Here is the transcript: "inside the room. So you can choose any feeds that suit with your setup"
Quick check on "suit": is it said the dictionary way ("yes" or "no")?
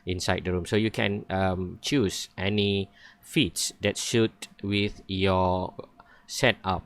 no